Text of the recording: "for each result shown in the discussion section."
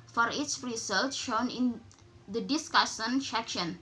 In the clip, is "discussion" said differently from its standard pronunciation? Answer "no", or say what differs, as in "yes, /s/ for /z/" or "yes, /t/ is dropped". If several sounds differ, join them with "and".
yes, /s/ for /ʃ/